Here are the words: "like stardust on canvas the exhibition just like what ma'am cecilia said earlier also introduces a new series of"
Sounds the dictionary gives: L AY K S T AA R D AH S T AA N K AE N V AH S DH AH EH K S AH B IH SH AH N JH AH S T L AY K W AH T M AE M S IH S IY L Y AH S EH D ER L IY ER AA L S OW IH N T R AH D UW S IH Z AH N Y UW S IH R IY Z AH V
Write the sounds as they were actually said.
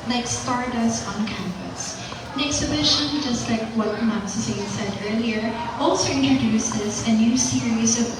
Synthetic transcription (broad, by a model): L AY K S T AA R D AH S AA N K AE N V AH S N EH K S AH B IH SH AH N JH AH S T L AY K W AH T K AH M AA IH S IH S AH S EH D ER L IY ER AA L S OW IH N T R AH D UW S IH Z AH N Y UW S IH R IY Z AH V